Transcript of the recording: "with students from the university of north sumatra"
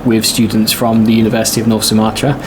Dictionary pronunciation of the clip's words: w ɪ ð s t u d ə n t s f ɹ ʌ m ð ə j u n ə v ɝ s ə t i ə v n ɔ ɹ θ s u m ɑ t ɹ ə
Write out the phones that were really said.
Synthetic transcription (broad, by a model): w ɪ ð s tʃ u d n t s f ɹ ʌ m ð ə j u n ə v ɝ s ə t i ə v n ɔ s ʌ m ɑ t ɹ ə